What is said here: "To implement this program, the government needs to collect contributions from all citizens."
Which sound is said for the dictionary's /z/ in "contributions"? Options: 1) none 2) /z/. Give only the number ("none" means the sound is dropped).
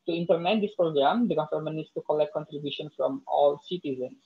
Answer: 1